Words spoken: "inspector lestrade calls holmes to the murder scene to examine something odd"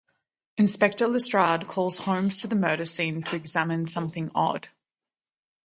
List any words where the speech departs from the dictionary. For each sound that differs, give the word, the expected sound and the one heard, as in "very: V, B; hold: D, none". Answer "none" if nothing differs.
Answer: none